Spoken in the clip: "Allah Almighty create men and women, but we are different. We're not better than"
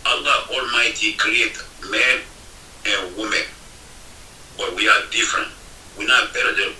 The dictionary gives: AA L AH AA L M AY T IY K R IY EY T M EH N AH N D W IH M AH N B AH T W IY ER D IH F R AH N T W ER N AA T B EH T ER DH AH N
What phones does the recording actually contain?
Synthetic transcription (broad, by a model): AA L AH AA L M AY T IY K R IY EY T M EH N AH N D W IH M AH N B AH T W IY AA D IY F R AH N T W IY N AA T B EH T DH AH